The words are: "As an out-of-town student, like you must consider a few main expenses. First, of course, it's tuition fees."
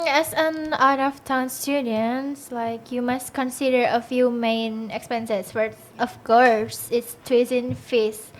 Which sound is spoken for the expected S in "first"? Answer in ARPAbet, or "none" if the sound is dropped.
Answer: none